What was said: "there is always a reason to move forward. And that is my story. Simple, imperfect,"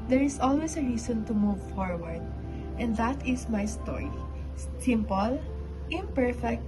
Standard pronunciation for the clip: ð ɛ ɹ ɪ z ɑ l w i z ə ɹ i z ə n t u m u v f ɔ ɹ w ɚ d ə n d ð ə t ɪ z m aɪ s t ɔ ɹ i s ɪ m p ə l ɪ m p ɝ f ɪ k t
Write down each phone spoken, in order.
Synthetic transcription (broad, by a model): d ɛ ɹ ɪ s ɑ l w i s ə ɹ i s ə n t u m u v f ɔ ɹ w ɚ d ə n d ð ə t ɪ s m aɪ s t ɔ ɹ i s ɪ m p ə l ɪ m p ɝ f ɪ k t